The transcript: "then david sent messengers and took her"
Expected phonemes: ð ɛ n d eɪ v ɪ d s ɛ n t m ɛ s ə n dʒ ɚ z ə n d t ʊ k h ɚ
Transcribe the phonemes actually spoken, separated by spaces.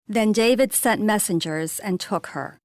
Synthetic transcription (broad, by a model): ð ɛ n d eɪ v ɪ d s ɛ n t m ɛ s ə n dʒ ɚ z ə n t ʊ k h ɚ